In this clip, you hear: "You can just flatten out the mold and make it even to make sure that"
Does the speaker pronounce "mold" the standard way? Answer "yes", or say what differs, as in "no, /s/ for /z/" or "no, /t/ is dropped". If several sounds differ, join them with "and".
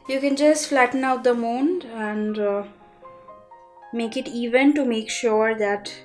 no, /n/ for /l/